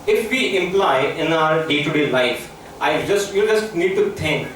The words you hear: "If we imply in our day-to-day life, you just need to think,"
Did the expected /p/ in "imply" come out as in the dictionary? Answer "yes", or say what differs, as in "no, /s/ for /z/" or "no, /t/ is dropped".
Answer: yes